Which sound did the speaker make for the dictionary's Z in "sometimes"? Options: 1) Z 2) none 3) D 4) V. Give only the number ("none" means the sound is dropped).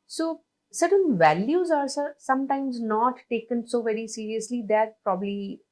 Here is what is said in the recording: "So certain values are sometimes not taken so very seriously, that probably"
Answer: 1